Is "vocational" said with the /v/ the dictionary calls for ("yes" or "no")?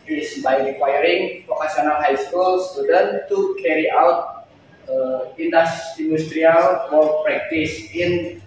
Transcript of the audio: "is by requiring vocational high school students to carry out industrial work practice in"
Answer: no